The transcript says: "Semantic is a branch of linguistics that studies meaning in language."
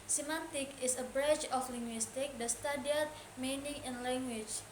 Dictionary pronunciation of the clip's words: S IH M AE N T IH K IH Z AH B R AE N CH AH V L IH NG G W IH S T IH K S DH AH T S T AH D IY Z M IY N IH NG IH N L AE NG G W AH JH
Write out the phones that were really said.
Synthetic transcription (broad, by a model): S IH M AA N T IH K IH S AH B R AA CH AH F L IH NG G W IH S T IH K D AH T S T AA D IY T M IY N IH NG IH N L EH NG G W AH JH